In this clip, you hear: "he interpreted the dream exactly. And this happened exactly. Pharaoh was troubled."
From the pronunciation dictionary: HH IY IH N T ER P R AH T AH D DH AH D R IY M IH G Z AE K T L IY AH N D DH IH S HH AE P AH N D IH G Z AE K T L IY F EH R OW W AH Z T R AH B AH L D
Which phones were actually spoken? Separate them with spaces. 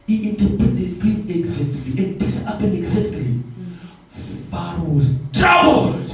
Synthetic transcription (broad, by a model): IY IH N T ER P AH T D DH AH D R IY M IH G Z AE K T L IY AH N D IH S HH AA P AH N IH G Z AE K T L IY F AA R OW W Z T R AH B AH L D